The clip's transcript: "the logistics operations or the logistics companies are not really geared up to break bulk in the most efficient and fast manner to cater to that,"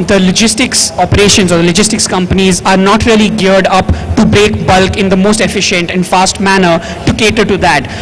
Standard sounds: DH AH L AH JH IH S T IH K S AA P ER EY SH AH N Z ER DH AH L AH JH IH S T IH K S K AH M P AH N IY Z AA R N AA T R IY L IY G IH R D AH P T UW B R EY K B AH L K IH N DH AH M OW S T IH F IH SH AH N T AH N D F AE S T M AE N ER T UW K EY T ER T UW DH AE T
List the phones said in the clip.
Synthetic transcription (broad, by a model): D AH L AH JH IH S T IH K S AA P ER EY SH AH N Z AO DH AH L AH JH IH S T IH K S K AH M P AH N IY Z AA R N AA T R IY L IY G IH R D AH P T UW B R EY K B AH L K IH N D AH M OW S T IH F IH SH AH N T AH N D F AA S T M AE N ER T UW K EY T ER T UW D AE T